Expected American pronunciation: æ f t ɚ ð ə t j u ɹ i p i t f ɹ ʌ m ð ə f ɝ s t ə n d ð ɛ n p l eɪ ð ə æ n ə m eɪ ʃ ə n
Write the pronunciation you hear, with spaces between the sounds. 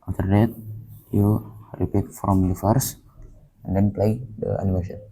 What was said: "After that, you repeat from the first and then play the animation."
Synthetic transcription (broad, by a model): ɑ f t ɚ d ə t j u ɹ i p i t f ɹ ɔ m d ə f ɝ s ə n d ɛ n p l eɪ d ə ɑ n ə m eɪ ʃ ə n